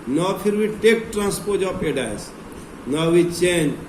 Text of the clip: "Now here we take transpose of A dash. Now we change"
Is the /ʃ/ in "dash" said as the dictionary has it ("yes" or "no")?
no